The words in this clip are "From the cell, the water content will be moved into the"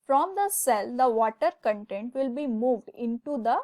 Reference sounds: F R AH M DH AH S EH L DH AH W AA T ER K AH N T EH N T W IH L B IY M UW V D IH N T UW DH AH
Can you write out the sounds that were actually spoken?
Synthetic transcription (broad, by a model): F R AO M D AH S EH L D AH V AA T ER K AH N T EH N T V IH L B IY M UW V D IH N T UW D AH